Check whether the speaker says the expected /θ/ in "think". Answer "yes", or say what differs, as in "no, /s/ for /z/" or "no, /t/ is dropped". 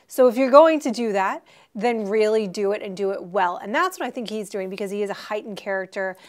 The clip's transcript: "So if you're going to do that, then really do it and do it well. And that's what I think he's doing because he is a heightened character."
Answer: yes